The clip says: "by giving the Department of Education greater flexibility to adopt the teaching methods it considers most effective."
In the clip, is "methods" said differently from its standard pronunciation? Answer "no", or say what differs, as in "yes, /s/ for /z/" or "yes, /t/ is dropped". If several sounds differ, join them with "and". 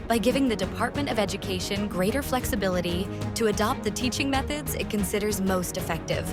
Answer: no